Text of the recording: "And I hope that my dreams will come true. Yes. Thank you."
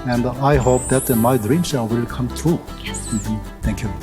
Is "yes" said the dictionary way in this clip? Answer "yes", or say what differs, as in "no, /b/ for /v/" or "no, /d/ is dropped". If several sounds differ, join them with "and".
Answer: no, /s/ is dropped